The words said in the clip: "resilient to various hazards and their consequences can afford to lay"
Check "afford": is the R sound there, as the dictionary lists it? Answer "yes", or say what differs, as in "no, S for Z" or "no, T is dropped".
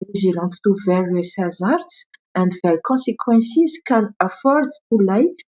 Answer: yes